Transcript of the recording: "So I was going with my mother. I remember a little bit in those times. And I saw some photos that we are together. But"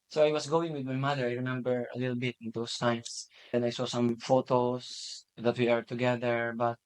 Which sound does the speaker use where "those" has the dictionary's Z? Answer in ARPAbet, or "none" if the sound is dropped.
S